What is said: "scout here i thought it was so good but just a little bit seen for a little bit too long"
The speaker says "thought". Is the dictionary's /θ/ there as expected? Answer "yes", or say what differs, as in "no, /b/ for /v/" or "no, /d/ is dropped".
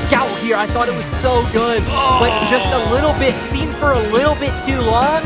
yes